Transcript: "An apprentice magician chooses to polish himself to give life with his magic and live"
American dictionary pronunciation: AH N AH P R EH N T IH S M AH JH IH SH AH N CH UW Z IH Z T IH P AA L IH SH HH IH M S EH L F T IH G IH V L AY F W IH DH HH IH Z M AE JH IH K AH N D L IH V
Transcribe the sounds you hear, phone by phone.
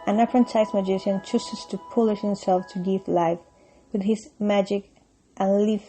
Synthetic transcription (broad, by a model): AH N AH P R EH N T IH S M AH JH IH SH AH N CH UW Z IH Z T IH P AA L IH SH HH IH M S EH L F T IH G IH V L AY F W IH DH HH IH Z M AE JH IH K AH N L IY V